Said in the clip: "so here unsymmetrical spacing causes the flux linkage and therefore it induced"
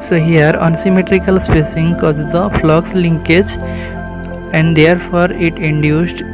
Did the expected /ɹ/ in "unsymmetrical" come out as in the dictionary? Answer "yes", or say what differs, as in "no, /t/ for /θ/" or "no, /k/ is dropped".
yes